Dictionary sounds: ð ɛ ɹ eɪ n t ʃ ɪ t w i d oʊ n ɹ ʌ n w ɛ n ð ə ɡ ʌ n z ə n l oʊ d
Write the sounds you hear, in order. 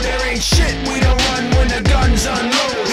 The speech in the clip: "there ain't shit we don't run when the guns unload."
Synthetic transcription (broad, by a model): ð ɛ ɹ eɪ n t ʃ ɪ t w i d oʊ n ɹ ʌ n w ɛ n ð ə ɡ ʌ n z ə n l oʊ